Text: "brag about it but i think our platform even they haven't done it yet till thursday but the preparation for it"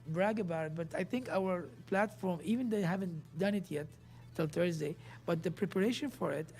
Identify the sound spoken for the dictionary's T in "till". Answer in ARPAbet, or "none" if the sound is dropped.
T